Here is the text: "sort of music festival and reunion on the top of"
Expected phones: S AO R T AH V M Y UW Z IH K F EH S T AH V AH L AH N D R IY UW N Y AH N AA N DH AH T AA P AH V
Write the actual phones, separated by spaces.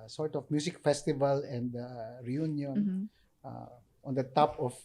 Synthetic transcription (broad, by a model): S AO R T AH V M Y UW S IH K F EH S T AH V AH L AH N D R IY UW N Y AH N AA N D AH T AA P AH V